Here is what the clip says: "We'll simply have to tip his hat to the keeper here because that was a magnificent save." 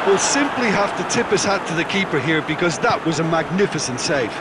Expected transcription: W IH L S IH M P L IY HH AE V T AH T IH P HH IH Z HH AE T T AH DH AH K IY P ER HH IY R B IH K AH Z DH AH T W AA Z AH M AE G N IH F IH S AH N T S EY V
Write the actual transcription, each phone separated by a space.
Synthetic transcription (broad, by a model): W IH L S IH M P L IY HH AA F T AH T IH P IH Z HH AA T T AH DH AH K IY P ER HH IY R B IH K AH Z DH AH T W AA Z AH M AE G N IH F IH S AH N T S EY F